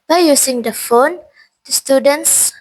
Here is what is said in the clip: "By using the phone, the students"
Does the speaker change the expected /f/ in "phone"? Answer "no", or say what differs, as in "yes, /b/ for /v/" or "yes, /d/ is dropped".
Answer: no